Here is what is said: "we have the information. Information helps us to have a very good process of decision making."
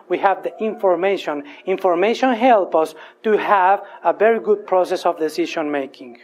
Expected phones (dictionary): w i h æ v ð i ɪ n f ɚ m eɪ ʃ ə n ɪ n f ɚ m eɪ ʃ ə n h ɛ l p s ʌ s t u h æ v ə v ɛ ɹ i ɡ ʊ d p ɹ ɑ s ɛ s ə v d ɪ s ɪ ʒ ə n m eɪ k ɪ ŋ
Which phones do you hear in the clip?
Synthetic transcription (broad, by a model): w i h æ v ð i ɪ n f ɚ m eɪ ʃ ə n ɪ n f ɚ m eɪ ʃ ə n h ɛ l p ʌ s t u h æ v ə v ɛ ɹ i ɡ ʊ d p ɹ ɑ s ɛ s ə v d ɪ s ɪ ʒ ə n m eɪ k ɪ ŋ